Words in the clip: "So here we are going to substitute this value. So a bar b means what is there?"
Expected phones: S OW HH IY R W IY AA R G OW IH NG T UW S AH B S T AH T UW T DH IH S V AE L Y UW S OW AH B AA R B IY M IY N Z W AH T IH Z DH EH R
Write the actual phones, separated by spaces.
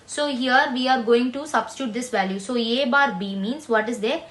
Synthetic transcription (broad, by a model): S OW HH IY R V IY AA R G OW IH NG T UW S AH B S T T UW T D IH S V AE L Y UW S OW AH B AA R B IY M IY N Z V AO T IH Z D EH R